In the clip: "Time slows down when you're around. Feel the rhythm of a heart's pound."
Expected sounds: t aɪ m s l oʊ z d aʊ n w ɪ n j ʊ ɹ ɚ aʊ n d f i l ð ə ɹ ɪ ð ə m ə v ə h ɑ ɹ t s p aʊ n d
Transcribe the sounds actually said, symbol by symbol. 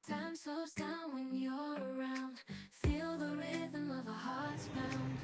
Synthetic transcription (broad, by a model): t aɪ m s oʊ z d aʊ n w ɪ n j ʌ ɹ ɚ aʊ n d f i l ð ə ɹ ɪ ð ə m ə v ə h ɑ ɹ t s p aʊ n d